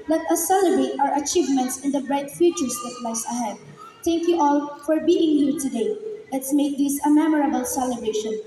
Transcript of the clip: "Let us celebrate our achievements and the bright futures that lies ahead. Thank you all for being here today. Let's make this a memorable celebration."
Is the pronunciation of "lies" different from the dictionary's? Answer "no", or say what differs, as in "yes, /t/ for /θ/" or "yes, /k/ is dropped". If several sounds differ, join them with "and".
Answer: yes, /s/ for /z/